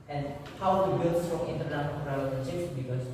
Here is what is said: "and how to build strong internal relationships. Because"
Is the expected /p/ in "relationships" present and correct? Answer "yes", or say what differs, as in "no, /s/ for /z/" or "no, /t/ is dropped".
no, /p/ is dropped